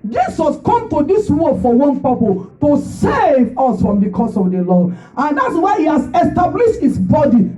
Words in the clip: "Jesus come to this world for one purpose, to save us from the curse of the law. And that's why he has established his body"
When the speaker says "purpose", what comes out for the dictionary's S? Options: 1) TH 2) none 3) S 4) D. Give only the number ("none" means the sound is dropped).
2